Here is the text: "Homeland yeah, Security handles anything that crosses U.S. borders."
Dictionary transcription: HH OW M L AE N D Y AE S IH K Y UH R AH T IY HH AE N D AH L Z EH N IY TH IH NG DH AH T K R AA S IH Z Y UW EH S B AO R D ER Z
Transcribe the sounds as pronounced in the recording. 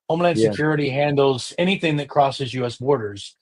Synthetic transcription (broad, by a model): OW M L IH N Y S IH K Y UH R AH T IY HH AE N D L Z EH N IY TH IH NG DH AH T K R AA S IH Z Y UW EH S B AO R D ER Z